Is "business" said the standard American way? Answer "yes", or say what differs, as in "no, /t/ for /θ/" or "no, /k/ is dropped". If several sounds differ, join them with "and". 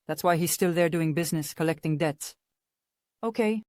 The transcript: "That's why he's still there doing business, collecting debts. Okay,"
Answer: yes